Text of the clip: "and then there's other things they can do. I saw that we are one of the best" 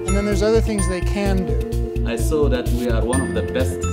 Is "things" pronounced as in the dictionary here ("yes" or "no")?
yes